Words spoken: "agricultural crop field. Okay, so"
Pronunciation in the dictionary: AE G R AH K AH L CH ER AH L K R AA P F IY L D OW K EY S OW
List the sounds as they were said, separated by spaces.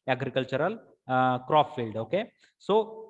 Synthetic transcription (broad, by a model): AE G R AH K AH L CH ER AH L K R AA F F IY L D OW K EY S OW